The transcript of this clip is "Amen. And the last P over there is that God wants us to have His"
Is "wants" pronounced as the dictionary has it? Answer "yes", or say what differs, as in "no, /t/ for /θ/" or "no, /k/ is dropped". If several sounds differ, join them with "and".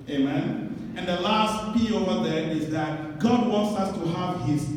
yes